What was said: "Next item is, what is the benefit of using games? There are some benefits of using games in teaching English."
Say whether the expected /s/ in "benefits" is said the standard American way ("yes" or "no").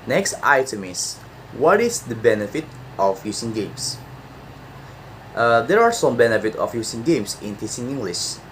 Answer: no